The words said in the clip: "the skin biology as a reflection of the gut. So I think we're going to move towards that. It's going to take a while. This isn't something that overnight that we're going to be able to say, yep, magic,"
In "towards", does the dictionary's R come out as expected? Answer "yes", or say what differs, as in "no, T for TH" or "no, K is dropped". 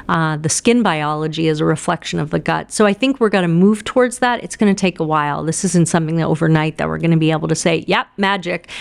yes